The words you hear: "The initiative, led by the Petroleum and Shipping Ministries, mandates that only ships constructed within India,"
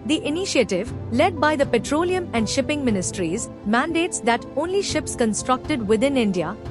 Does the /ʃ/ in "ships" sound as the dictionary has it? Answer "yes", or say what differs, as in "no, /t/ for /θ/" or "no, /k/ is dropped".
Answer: yes